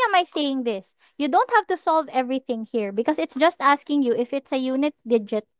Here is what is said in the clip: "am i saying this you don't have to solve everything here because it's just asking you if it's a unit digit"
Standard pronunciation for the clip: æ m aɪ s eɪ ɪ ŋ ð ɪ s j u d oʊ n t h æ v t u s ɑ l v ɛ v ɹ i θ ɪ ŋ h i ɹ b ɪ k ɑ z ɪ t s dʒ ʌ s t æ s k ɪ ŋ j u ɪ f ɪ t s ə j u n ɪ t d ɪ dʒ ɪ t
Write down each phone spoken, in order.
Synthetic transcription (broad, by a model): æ m aɪ s eɪ ɪ ŋ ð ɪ s j u d oʊ n t h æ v t u s ɑ l v ɛ v ɹ i θ ɪ ŋ h i ɹ b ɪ k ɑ s ɪ t s dʒ ʌ s t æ s k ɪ ŋ j u ɪ f ɪ t s ə j u n ɪ t d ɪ dʒ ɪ t